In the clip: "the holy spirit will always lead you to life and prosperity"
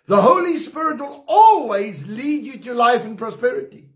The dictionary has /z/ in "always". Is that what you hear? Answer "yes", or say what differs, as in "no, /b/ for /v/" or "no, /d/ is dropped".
yes